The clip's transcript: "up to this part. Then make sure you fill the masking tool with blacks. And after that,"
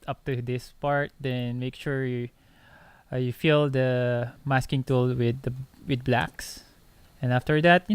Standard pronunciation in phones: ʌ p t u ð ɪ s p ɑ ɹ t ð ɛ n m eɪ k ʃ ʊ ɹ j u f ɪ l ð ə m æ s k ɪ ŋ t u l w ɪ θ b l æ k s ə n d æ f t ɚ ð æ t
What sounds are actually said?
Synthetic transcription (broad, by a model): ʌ p t u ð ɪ s p ɑ ɹ t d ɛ n m eɪ k ʃ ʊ ɹ j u f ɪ l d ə m æ s k ɪ ŋ t u l w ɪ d b l æ k s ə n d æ f t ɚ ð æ t